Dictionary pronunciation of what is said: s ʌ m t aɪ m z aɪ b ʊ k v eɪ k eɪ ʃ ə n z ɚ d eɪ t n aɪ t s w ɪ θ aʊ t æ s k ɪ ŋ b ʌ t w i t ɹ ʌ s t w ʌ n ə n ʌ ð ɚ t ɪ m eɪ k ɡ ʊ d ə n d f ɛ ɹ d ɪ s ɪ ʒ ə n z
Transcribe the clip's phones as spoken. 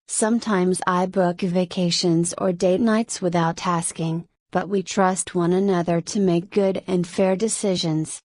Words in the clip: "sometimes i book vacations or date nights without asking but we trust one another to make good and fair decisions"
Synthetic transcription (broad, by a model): s ʌ m t aɪ m z aɪ b ʊ k v eɪ k eɪ ʃ ə n z ɚ d eɪ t n aɪ t s w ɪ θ aʊ t æ s k ɪ ŋ b ʌ t w i t ɹ ʌ s t w ʌ n ə n ʌ ð ɚ t ɪ m eɪ k ɡ ʊ d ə n f ɛ ɹ d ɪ s ɪ ʒ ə n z